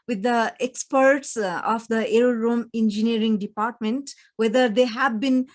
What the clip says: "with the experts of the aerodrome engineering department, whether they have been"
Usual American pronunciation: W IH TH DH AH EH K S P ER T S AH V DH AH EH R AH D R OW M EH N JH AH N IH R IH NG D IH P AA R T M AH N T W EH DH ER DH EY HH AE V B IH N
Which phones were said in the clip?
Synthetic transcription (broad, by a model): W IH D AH EH K S P ER T S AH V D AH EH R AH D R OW M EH N JH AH N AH R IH NG D IH P AA R T M AH N T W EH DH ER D EY HH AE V B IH N